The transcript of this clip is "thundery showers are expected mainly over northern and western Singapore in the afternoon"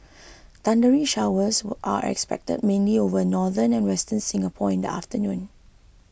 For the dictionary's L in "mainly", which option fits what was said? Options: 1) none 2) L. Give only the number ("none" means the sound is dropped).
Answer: 2